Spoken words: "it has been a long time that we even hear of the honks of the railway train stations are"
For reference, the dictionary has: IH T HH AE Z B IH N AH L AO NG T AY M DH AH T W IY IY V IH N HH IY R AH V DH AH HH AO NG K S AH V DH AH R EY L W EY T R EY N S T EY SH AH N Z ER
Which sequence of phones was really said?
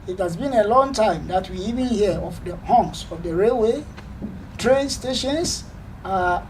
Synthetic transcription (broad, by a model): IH T HH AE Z B IH N AH L AO NG T AY M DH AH T W IY IY V IH N HH IY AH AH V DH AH HH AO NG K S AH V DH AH R EY L W EY T R EY N S T EY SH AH N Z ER